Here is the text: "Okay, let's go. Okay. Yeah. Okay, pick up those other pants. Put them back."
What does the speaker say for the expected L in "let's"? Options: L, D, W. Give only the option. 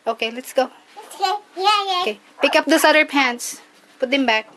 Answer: L